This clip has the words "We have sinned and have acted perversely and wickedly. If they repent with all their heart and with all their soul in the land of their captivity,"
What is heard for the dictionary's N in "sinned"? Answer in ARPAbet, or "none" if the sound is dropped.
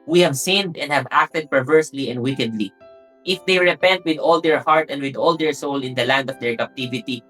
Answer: N